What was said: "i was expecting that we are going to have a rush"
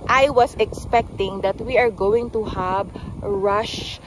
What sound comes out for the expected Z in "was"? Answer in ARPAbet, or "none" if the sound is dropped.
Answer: S